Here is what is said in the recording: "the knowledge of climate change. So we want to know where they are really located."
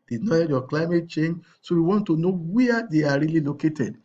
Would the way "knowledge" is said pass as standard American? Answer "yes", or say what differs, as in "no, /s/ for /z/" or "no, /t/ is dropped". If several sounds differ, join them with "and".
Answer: no, /l/ is dropped